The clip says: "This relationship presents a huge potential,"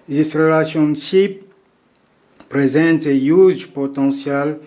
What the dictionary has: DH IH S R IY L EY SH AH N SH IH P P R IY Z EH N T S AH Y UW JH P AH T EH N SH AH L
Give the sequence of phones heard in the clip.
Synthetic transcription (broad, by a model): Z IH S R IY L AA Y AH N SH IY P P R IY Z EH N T AH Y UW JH P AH T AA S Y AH L